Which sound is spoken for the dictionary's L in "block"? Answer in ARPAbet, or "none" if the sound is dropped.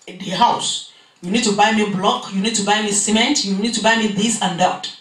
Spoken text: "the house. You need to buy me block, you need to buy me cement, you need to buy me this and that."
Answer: L